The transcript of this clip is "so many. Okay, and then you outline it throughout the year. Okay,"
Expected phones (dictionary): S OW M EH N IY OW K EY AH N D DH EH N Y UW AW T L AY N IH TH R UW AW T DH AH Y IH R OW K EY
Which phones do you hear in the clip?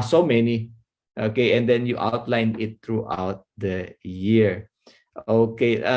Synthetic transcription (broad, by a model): S OW M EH N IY OW K EY AH N D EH N Y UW AW T L AY N IH T R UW AW T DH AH Y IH R OW K EY